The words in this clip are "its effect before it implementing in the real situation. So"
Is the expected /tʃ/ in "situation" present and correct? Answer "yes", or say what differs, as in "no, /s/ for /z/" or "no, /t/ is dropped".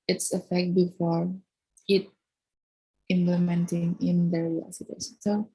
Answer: no, /s/ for /tʃ/